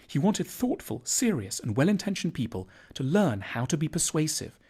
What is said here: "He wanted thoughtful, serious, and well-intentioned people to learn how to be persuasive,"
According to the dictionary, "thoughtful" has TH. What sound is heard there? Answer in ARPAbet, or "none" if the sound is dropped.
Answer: TH